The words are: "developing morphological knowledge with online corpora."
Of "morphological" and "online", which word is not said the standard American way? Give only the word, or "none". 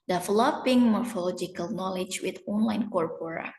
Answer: none